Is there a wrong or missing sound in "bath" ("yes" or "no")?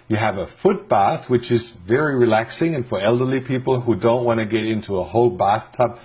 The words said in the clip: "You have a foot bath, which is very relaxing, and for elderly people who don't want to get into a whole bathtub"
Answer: no